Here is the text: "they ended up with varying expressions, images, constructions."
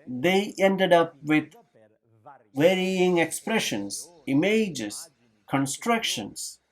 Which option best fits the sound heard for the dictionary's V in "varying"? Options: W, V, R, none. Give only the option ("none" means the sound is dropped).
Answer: W